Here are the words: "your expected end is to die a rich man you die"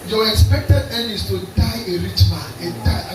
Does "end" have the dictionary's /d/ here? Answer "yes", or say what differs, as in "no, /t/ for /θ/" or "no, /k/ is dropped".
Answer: no, /d/ is dropped